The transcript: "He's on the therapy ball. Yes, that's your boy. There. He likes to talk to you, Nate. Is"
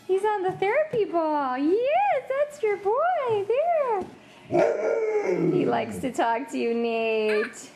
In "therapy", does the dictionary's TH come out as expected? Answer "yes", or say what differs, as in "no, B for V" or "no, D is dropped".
yes